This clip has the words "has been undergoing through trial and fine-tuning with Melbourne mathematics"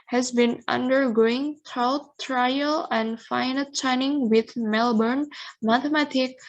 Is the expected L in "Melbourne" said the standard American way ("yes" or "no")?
yes